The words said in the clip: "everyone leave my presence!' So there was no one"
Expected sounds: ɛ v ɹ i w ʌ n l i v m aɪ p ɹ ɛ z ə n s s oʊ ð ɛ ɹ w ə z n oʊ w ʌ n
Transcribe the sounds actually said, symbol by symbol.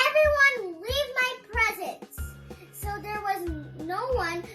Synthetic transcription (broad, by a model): ɛ v ɹ i w ʌ n l i v m aɪ p ɹ ɛ z ə n s s oʊ ð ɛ ɹ w ə z n oʊ w ʌ n